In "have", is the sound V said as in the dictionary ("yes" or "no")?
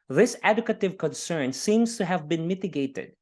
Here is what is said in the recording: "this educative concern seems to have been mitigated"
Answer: yes